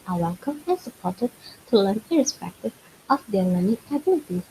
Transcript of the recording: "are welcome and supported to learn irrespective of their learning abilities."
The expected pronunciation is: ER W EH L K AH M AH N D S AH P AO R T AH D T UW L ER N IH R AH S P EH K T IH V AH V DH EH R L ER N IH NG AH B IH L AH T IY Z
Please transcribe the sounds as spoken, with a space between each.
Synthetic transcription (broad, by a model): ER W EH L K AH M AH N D S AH P AO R T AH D T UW L ER N IH R AH S P EH K T IH V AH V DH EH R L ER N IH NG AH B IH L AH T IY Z